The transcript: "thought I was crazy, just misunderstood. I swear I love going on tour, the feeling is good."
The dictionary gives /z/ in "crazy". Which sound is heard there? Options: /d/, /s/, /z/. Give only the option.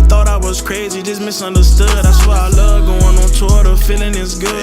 /z/